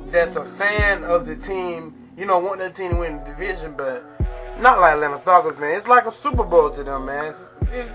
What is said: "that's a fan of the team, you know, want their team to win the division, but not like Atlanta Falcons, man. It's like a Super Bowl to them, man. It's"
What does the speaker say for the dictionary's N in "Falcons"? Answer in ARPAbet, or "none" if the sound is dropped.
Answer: none